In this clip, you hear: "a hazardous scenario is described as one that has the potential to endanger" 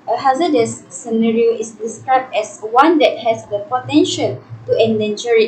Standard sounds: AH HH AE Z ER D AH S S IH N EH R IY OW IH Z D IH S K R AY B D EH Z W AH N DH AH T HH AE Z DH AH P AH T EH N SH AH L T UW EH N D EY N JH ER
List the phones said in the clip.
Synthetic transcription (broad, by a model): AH HH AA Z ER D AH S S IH N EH R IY OW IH S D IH S K R AY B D EH S W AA N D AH T HH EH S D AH P AH T EH N SH AH L T UW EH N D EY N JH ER